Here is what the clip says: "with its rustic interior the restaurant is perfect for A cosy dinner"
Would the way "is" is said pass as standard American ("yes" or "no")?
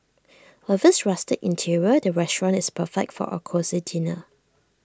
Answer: no